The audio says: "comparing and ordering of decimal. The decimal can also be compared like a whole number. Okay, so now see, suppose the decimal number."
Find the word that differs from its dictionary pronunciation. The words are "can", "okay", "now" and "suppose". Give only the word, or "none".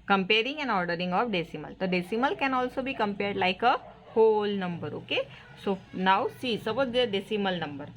suppose